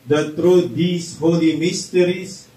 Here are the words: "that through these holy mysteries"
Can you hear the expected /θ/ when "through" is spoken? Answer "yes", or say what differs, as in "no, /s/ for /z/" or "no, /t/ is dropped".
no, /t/ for /θ/